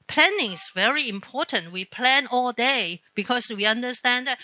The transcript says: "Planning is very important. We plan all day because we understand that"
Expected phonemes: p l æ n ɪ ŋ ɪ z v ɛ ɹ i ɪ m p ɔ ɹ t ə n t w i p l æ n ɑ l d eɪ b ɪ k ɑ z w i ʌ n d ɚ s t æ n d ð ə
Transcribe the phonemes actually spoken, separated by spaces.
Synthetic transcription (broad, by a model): p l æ n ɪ ŋ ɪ s v ɛ ɹ i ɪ m p ɔ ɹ t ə n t w i p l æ n ɑ l d eɪ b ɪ k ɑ s w i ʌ n d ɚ s t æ n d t